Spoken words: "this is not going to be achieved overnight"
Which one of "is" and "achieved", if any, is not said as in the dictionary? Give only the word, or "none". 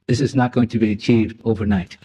none